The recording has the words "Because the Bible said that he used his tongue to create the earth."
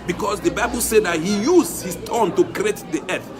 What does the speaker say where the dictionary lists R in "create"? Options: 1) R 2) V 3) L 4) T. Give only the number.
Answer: 1